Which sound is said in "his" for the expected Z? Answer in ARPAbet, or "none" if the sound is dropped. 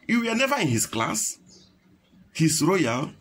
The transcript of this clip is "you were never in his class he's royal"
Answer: S